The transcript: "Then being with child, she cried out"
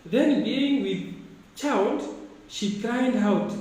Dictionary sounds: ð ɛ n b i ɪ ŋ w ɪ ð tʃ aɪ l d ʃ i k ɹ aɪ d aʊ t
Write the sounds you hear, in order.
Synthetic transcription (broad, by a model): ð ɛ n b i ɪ ŋ w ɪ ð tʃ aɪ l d ʃ i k l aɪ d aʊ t